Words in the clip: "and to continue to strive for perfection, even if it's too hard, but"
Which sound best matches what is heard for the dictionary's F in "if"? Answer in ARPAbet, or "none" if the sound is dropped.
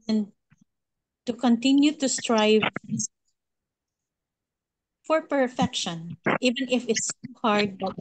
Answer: F